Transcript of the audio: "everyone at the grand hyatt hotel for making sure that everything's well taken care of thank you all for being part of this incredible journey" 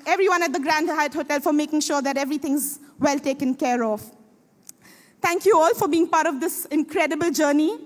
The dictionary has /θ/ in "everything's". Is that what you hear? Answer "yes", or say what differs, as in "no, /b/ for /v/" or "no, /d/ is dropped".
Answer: no, /t/ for /θ/